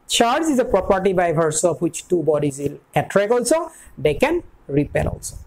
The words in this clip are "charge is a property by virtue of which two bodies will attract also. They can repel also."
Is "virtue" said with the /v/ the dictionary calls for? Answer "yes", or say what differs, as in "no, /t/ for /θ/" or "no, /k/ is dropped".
no, /b/ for /v/